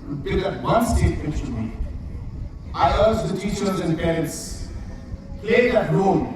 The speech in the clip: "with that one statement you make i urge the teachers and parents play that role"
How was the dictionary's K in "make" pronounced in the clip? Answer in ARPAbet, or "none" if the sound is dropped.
none